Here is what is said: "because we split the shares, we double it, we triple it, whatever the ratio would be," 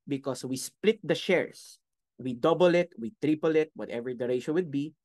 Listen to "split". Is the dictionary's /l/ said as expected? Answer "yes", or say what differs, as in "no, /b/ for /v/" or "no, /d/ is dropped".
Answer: yes